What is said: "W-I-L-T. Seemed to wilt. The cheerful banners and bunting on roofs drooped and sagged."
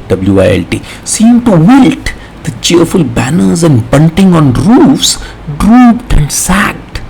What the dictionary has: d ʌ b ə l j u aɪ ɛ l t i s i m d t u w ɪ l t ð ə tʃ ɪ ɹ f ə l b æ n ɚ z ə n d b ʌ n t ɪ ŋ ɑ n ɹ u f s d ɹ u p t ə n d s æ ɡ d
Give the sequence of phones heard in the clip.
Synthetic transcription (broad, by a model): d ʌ b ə l j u aɪ ɛ l t i s i m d t u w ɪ l t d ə tʃ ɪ ɹ f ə l b æ n ɚ z ə n d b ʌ n t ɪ ŋ ɑ n ɹ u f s d ɹ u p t ə n d s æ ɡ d